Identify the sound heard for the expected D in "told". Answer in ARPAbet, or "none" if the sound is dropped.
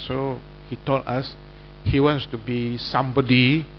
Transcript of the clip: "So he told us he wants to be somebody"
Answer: none